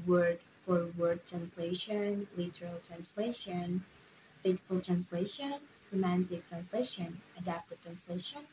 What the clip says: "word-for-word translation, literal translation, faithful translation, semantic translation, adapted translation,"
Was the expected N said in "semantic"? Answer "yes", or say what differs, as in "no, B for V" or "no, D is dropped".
yes